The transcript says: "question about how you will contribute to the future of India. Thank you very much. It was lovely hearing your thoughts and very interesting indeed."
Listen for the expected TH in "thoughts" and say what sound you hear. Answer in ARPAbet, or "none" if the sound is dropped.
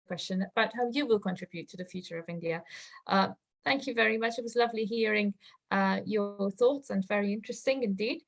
TH